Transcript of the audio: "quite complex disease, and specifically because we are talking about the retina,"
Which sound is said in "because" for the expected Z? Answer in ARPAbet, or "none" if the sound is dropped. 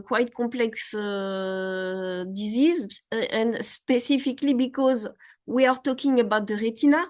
Z